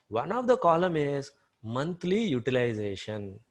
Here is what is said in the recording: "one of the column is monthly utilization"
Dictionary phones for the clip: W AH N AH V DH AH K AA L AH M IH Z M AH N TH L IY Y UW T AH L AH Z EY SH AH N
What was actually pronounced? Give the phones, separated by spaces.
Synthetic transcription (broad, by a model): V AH N AH V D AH K AA L AH M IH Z M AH N T L IY Y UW T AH L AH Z EY SH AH N